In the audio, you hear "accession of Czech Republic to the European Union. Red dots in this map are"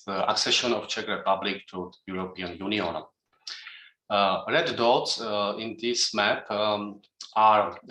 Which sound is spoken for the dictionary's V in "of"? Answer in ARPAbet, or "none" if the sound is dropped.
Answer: F